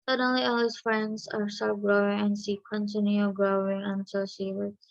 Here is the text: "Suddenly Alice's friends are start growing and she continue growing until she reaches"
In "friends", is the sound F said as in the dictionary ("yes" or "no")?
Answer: yes